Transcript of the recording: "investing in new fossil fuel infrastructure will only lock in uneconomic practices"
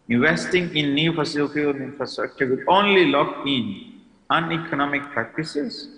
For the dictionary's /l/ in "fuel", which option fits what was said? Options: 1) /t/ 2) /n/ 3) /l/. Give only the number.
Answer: 2